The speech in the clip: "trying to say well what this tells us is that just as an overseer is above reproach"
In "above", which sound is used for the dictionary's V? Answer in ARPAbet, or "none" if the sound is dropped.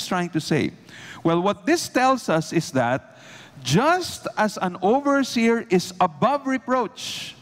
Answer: V